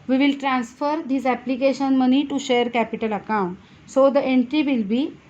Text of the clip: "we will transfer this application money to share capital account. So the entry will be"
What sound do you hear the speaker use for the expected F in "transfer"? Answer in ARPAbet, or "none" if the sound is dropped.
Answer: F